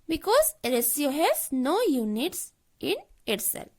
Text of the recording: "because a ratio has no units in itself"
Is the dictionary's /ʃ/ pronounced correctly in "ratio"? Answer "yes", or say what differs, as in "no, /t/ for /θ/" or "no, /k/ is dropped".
no, /s/ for /ʃ/